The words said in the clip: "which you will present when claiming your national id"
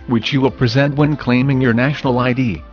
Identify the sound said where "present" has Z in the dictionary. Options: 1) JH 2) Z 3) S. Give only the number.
2